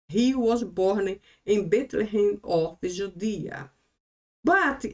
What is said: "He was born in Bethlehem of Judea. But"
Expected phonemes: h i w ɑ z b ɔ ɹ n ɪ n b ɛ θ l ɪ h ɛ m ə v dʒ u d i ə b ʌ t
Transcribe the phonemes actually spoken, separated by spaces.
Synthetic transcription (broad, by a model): h i w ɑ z b ɔ ɹ n ɪ n b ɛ t l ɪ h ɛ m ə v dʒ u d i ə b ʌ t